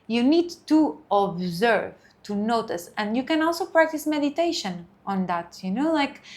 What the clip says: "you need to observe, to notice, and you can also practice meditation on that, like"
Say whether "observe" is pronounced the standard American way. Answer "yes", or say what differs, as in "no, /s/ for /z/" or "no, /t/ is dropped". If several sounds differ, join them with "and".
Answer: yes